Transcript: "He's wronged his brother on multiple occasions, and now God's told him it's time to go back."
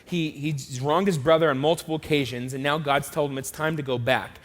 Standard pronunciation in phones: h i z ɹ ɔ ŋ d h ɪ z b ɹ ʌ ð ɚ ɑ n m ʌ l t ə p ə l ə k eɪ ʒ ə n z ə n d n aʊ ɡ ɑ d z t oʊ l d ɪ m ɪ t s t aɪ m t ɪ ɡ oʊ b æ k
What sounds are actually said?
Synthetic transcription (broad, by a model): h i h ɹ ɔ ŋ d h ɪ z b ɹ ʌ ð ɚ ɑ n m ʌ l t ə p l ə k eɪ ʒ ə n z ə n n aʊ ɡ ɑ d z t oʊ l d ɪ m ɪ t s t aɪ m t ɪ ɡ oʊ b æ k